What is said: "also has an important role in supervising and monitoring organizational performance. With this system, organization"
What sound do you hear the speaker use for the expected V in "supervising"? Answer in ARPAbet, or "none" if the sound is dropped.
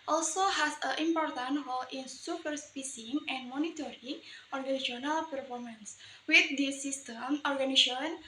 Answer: P